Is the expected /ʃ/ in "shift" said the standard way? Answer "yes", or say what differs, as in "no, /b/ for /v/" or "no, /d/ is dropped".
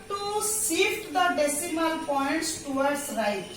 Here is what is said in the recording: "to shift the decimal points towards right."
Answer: no, /s/ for /ʃ/